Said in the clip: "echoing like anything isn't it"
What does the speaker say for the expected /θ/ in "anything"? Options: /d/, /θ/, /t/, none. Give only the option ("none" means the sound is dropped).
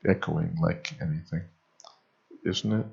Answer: /θ/